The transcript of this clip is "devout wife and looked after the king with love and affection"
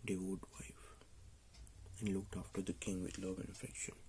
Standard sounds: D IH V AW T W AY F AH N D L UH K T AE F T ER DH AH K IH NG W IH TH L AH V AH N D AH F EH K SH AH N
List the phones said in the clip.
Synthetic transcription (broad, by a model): D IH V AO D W AY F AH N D L UH K T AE F T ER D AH K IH NG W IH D L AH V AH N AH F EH K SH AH N